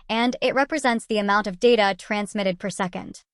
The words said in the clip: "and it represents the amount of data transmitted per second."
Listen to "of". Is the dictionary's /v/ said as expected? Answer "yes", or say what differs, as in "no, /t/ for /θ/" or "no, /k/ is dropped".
yes